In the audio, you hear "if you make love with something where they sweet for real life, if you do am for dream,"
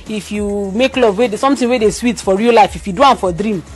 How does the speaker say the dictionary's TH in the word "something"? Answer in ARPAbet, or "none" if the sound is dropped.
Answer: T